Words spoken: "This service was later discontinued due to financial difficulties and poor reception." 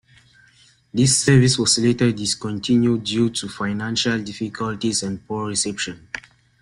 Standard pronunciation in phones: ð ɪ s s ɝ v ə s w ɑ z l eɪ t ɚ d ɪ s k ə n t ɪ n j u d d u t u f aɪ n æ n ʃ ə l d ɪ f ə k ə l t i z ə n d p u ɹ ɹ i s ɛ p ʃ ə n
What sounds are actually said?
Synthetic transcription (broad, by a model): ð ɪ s s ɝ v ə s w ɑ s l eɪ t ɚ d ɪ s k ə n t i n j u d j u t u f aɪ n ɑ n ʃ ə l d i f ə k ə l t i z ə n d p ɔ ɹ ɹ i s ɛ p ʃ ə n